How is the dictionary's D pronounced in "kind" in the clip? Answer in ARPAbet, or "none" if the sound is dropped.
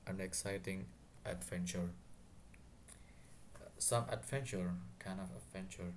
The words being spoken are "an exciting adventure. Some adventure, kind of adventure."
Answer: none